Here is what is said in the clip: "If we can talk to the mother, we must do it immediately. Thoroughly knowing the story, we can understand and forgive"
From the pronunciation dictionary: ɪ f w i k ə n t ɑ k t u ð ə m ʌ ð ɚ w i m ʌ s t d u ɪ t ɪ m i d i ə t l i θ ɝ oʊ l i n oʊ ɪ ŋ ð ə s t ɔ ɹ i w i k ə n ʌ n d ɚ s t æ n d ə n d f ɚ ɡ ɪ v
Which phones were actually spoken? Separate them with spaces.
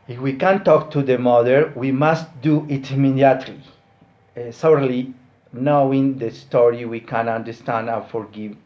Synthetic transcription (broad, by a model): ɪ f w i k ə n t ɑ k t u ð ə m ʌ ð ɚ w i m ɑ s t d u ɪ t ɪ m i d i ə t l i s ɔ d l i n oʊ ɪ ŋ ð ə s t ɔ ɹ i w i k ə n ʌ n d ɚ s t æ n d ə f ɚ ɡ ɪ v